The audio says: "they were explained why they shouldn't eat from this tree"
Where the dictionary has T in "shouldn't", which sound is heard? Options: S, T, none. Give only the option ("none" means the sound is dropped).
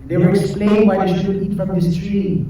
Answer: none